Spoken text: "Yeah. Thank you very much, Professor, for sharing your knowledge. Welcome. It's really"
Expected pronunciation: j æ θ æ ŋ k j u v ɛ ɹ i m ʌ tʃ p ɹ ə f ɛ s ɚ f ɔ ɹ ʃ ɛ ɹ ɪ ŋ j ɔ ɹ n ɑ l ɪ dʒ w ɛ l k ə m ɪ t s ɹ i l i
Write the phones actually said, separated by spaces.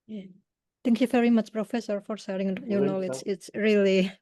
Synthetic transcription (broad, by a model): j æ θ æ ŋ k j u v ɛ ɹ i m ʌ tʃ p ɹ ə f ɛ s ɚ f ɔ ɹ s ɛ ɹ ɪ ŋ j ɔ ɹ n ɑ l ɪ dʒ ɪ t s ɹ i l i